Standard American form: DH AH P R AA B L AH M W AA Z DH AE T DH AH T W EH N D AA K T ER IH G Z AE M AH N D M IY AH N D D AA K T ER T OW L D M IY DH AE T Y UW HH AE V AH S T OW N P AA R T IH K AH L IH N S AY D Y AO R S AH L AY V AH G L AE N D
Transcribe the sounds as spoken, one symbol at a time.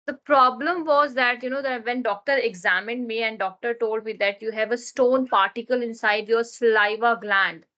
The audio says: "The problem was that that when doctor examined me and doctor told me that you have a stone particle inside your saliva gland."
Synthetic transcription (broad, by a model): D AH P R AA B L AH M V AA Z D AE T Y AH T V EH N D AA K T ER IH G Z AE M AH N D M IY AH N D D AA K T ER T OW L D M IY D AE T Y UW HH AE V AH S T OW N P AA R T IH K AH L IH N S AY D Y AO R S L AY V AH G L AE N D